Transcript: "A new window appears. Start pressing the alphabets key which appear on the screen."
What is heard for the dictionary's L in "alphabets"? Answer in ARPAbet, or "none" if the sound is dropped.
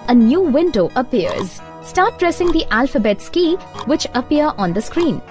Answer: L